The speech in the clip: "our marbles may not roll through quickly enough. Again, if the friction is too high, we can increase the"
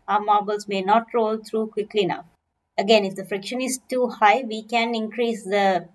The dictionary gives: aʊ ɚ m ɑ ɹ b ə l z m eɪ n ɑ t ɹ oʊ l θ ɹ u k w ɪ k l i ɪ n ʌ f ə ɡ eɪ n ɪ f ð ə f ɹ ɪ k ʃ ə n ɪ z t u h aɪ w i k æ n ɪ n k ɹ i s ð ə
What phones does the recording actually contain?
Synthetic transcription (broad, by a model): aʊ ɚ m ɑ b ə l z m eɪ n ɑ t ɹ oʊ l t ɹ u k w ɪ k l i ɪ n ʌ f ə ɡ eɪ n ɪ f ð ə f ɹ ɪ k ʃ ə n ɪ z t u h aɪ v i k æ n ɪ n k ɹ i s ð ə